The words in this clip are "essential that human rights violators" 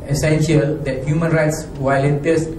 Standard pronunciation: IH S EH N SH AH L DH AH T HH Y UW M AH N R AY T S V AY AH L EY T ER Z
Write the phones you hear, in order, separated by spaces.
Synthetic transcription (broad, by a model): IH S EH N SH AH L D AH T HH Y UW M AH N R AY T S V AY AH L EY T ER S